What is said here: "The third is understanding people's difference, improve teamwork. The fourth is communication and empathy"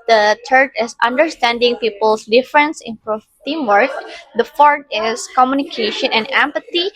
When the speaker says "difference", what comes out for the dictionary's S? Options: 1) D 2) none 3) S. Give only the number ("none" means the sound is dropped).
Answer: 3